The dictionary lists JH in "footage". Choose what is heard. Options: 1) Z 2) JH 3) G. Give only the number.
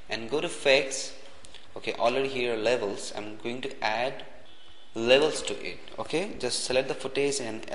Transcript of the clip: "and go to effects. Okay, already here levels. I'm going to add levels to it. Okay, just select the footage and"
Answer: 1